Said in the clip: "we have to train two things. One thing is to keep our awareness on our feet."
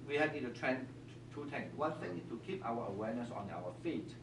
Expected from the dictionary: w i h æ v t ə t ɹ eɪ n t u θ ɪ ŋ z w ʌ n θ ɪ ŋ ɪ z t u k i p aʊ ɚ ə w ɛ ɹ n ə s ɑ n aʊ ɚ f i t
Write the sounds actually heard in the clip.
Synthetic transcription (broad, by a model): w i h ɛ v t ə t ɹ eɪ n t u t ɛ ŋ w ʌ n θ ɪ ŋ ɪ t u k i p aʊ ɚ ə w ɛ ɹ n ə s ɑ n aʊ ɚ f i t